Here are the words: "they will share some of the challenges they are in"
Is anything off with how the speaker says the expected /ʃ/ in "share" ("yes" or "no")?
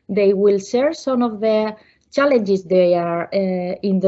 yes